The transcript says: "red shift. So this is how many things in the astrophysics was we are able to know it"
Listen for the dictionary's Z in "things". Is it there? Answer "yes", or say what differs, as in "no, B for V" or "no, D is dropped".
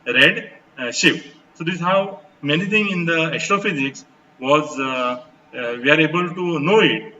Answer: no, Z is dropped